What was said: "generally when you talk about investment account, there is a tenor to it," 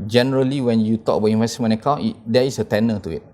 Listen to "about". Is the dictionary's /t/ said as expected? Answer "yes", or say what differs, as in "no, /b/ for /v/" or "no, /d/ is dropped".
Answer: no, /t/ is dropped